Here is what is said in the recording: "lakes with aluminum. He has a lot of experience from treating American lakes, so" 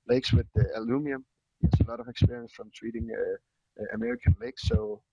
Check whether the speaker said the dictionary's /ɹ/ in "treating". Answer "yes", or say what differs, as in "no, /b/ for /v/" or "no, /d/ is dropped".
no, /w/ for /ɹ/